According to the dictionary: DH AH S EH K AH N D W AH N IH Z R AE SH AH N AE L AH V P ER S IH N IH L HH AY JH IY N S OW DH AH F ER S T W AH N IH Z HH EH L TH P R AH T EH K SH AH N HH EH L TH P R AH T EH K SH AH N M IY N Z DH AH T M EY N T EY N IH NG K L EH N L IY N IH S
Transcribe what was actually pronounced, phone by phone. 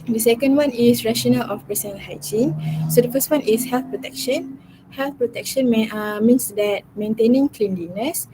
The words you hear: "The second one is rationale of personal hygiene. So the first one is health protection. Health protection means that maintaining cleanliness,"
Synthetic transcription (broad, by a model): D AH S EH K AH N D W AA N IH S R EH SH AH N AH L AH F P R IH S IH N HH AY JH IY N S OW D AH F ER S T W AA N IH S HH EH L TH P R AH T EH K SH AH N HH EH L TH P R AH T EH K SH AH N M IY N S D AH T M EY N T EY N IH NG K L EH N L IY N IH S